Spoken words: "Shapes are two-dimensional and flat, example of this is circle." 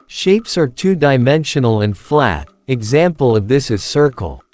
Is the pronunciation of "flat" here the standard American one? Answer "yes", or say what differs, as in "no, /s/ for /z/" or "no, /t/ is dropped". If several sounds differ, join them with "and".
yes